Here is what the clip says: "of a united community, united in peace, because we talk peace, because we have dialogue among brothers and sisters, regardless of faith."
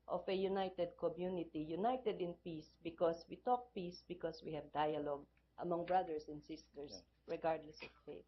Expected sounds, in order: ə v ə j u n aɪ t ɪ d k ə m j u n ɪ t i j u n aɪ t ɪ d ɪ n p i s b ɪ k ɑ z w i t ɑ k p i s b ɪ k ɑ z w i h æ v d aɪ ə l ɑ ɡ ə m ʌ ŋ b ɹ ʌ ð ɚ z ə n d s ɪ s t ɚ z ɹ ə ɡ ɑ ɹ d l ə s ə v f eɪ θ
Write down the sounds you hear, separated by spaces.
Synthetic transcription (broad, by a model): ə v ə j u n aɪ t ɪ d k ə m j u n ɪ t i j u n aɪ t ɪ d ɪ n p i s b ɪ k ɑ s w i t ɑ k p i s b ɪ k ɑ s w i h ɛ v d aɪ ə l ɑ ɡ ə m ʌ ŋ b ɹ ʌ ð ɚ s ə n d s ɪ s t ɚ s ɹ ə ɡ ɑ ɹ d l ə s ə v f eɪ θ